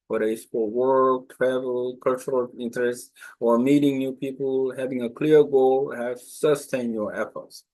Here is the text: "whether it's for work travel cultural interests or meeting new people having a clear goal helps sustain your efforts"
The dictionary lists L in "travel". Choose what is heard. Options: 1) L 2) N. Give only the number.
1